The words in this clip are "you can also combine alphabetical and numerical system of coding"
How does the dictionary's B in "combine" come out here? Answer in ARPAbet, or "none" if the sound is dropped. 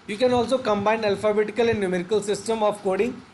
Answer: B